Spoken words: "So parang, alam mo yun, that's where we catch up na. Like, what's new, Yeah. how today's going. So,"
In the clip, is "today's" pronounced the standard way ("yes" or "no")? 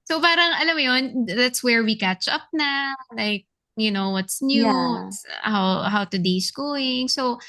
no